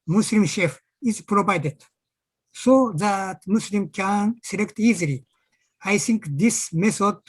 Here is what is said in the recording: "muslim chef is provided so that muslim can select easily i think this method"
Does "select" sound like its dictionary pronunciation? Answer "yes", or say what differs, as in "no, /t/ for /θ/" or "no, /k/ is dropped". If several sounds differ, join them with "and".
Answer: yes